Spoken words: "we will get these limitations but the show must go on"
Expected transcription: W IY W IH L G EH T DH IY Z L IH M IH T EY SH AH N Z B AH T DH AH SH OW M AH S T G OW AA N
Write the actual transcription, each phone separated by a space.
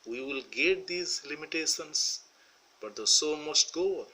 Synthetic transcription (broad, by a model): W IY W IH L G EH T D IY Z L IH M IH T EY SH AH N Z B AH T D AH S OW M AH S T G OW